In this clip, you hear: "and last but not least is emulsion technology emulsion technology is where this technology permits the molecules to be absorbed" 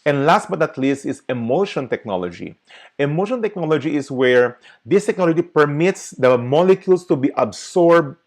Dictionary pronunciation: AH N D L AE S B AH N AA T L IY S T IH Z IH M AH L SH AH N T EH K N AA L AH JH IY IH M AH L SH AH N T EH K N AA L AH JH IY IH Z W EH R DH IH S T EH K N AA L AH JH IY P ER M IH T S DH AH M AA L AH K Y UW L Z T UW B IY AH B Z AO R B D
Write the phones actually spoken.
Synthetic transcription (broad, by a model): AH N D L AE S B AH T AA T L IY S T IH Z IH M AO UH SH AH N T EH K N AA L AH JH IY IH M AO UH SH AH N T EH K N AA L AH JH IY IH S W EH R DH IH S T EH K N AA L AH JH IY P ER M IH T S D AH M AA L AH K Y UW L S T UW B IY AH B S AO R B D